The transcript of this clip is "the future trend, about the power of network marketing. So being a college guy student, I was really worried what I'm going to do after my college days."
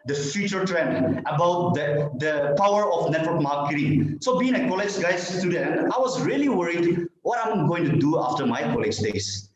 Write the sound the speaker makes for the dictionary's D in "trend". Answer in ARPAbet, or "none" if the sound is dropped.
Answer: none